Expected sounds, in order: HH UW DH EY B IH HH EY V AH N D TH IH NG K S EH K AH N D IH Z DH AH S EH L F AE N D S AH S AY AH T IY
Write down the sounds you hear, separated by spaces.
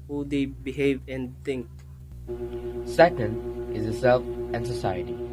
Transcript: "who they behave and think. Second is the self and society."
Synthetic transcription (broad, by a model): HH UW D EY B IH HH EY V AH N D T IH NG K S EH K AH N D IH Z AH S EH L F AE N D S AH S AY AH T IY